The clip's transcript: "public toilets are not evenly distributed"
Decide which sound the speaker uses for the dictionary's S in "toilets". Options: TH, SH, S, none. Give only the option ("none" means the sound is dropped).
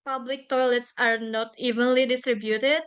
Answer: S